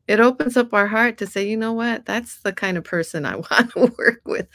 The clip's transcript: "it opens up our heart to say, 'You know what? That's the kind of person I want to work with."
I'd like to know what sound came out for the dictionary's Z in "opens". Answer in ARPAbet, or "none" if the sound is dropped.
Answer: Z